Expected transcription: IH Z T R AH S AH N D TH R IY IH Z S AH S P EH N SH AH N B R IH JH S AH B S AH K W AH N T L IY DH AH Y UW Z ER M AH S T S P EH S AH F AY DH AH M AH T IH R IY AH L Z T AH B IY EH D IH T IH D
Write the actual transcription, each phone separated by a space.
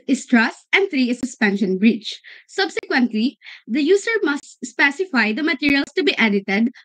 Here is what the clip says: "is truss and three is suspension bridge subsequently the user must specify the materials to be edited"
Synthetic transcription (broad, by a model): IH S T R AH S AH N D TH R IY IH S AH S P EH N SH AH N B R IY CH S AH B S AH K W AH N T L IY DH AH Y UW S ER M AH S T S P EH S AH F AY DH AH M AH T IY R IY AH L S T AH B IY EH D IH T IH D